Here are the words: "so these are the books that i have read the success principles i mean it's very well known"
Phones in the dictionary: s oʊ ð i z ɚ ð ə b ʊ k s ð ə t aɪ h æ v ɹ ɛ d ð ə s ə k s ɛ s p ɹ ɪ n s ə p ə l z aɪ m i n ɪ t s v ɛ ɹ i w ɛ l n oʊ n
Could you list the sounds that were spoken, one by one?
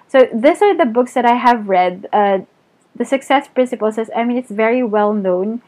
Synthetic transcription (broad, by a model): s oʊ ð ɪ s ɚ ð ə b ʊ k s ð ə t aɪ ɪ v ɹ ɛ d ð ə s ə k s ɛ s p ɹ ɪ n s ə p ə l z aɪ m i n ɪ t s v ɛ ɹ i w ɛ l n oʊ n